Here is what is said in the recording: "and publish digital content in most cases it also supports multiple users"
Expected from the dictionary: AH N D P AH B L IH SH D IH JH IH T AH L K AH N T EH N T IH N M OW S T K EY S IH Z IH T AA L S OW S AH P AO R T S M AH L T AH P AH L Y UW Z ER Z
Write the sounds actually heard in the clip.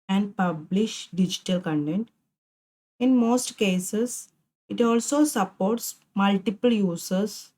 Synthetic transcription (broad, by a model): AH N D P AH B L IH SH D IH JH IH T AH L K AH N T EH N T IH N M OW S T K EY S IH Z IH T AA L S OW S AH P AO R T S M AH L T AH P AH L Y UW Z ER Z